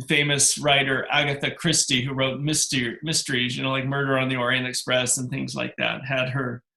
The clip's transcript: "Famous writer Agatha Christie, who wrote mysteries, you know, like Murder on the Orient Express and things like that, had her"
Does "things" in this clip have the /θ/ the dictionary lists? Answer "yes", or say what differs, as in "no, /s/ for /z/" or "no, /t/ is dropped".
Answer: yes